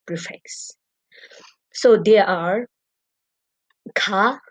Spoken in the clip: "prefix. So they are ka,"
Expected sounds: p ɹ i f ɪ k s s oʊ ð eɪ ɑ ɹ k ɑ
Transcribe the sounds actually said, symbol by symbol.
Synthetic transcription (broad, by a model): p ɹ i f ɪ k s s oʊ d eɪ ɑ ɹ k ɑ